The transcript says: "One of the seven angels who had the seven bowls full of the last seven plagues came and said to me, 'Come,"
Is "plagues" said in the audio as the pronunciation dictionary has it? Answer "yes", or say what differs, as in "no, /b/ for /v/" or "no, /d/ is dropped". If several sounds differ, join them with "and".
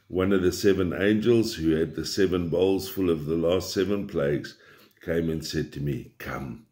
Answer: yes